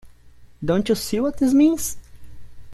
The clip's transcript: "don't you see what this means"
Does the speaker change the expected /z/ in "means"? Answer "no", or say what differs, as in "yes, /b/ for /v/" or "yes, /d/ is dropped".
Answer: yes, /s/ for /z/